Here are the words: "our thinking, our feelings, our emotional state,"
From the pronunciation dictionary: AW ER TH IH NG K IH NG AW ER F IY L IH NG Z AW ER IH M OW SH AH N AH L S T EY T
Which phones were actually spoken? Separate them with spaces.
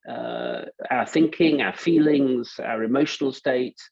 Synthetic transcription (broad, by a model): AW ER TH IH NG K IH NG AW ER F IY L IH NG Z AW ER IH M OW SH AH N AH L S T EY T